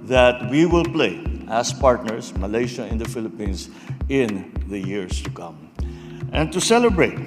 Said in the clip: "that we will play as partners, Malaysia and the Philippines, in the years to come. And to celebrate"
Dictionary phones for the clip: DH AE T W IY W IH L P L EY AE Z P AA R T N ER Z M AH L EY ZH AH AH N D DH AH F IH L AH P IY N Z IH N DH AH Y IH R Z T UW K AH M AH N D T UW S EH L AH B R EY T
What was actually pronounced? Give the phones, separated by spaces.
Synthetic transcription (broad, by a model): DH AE T W IY W IH L P L EY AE S P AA R T N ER S M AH L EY SH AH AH N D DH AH F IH L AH P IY N S IH N DH AH Y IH R S T UW K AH M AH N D T UW S EH L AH B R EY T